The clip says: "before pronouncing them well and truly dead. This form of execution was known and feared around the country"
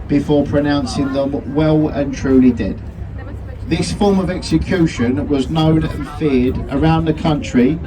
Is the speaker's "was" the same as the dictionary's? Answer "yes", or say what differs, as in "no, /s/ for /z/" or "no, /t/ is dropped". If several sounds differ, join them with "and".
yes